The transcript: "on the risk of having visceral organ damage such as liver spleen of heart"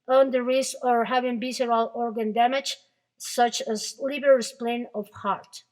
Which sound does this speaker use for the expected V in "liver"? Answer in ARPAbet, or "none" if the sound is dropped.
B